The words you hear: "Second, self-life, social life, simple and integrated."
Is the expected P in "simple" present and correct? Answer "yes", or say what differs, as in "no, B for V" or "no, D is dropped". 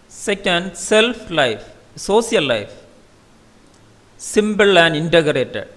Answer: no, B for P